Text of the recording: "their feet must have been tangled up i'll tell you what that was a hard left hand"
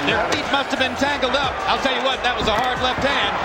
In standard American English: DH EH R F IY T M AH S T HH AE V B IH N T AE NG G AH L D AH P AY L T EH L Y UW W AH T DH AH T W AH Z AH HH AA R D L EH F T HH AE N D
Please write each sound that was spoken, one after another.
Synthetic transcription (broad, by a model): DH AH R F IY T M AH S T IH V B IH N T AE NG G L D AH P AY L T EH L Y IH W AH T DH AH T W AH Z AH HH AA R D L EH F T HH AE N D